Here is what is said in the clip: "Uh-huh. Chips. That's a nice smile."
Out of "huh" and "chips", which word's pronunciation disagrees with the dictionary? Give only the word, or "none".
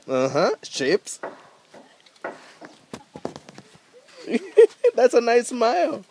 chips